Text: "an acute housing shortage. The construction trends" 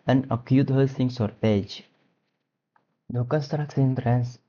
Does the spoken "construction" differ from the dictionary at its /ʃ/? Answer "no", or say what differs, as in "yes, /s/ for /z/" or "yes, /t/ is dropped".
yes, /s/ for /ʃ/